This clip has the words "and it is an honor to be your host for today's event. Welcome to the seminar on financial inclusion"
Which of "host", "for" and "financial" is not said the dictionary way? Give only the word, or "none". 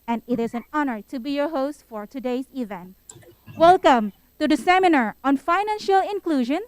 none